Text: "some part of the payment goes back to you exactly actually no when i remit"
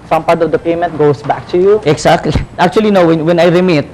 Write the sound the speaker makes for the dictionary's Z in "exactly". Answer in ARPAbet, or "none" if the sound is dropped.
S